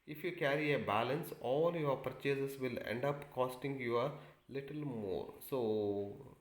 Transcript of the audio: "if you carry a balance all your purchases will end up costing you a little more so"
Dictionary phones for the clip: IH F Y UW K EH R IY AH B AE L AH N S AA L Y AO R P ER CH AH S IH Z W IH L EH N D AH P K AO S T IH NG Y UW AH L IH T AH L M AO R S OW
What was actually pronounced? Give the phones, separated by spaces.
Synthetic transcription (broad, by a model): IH F Y UW K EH R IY AH B AE L AH N S AA L Y AO R P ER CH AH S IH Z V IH L EH N D AH P K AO S T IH NG Y UW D L IH T AH L M AO R S OW